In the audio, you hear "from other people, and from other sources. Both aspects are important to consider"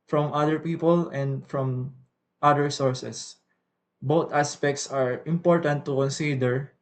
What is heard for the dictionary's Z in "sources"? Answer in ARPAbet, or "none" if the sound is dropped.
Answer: S